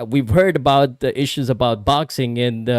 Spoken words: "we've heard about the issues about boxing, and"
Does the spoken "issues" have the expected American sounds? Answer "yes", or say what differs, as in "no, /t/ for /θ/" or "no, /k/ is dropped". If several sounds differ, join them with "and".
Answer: yes